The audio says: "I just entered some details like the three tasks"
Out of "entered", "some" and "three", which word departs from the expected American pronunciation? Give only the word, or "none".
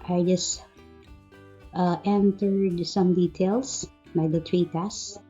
three